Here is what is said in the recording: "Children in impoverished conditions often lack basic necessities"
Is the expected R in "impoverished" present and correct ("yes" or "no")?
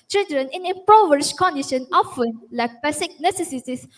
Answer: no